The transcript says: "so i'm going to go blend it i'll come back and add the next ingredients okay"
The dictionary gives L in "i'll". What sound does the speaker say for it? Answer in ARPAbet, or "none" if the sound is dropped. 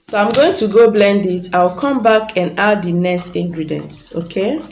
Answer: W